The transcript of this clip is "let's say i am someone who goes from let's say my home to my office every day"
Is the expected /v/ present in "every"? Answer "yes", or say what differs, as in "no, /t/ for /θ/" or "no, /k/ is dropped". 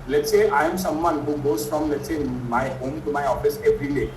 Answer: no, /p/ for /v/